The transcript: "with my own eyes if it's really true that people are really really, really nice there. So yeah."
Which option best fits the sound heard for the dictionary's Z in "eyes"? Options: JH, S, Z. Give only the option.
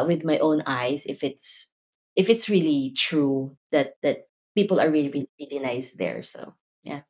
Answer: S